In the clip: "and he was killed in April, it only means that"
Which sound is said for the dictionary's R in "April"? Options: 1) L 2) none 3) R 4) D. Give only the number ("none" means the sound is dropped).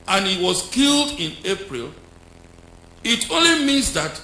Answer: 3